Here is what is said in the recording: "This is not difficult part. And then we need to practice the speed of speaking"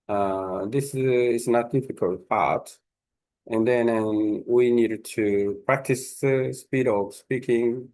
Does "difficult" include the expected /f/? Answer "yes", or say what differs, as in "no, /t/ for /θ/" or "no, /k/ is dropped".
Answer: yes